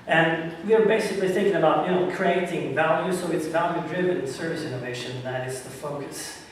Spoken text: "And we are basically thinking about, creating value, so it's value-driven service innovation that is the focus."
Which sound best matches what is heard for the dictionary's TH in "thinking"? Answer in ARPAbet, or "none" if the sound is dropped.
TH